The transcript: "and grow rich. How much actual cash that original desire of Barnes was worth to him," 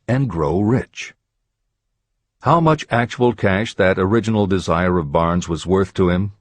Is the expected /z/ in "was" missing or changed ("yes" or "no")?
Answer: no